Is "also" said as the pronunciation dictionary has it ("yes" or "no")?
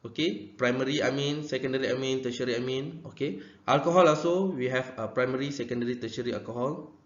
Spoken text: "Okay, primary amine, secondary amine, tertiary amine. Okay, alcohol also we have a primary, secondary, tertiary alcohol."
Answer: no